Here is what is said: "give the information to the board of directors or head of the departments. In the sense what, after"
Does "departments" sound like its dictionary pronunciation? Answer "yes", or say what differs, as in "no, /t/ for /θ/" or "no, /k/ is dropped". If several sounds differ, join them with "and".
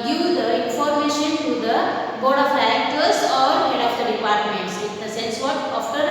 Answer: yes